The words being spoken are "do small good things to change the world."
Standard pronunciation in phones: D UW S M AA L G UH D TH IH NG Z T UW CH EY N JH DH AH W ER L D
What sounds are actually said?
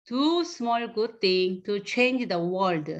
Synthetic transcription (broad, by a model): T UW S M AA L G UH D T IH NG T UW CH EY N JH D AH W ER L D